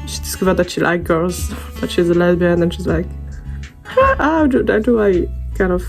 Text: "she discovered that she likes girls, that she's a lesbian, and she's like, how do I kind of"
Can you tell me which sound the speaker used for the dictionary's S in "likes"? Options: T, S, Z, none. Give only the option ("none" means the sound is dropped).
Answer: none